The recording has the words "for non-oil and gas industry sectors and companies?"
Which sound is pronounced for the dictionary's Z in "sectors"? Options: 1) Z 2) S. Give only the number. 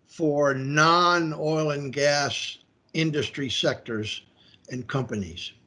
1